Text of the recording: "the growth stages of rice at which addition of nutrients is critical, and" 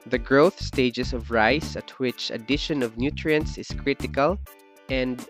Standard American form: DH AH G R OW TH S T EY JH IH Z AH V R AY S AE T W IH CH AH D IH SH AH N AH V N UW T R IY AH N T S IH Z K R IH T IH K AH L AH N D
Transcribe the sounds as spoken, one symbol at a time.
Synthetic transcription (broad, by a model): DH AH G R OW TH S T EY JH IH S AH V R AY S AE T W IH CH AH D IH SH AH N AH V N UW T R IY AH N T S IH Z K R IH T IH K AH L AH N D